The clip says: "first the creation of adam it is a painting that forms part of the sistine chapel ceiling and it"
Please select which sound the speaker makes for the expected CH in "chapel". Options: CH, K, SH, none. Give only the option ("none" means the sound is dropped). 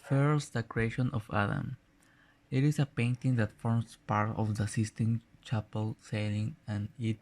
CH